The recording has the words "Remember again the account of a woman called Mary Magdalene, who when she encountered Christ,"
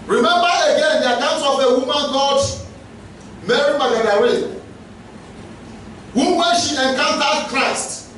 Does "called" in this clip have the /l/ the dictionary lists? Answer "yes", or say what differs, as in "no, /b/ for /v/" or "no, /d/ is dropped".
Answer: no, /l/ is dropped